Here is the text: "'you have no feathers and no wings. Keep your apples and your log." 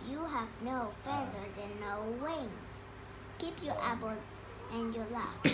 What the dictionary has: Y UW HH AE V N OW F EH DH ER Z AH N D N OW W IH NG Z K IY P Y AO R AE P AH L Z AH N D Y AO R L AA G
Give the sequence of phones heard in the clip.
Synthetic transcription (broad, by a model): Y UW HH AE V N OW F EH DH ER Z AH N N OW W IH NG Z K IY P Y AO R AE B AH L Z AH N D Y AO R L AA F